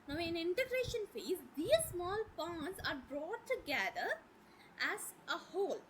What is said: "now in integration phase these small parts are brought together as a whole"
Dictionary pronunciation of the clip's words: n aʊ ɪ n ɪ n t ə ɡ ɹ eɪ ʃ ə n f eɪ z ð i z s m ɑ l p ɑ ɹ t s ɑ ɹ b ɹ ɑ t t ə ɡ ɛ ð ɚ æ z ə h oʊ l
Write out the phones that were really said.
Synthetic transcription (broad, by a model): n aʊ ɪ n ɪ n t ə ɡ ɹ eɪ ʃ ə n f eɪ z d i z s m ɑ l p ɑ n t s ɑ ɹ b ɹ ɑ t t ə ɡ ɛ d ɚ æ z ə h oʊ l